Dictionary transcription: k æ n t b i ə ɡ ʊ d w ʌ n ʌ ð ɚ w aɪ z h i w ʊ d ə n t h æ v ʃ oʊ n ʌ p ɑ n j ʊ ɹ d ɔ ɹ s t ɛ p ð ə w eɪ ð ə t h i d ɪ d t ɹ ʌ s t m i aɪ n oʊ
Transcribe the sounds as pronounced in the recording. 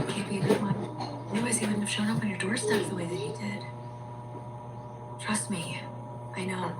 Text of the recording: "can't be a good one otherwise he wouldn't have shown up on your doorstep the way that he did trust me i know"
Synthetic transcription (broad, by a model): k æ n b i ə ɡ ʊ d w ʌ n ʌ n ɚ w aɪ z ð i w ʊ d n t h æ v ʃ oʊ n ʌ p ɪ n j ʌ ɹ d ɔ ɹ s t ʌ f ð ə w eɪ ð ə t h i d ɪ d t ɹ ʌ s t m i aɪ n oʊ